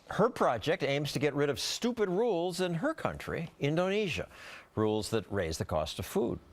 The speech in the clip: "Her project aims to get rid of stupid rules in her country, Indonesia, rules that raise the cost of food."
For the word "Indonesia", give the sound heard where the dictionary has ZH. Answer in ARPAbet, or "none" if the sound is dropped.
ZH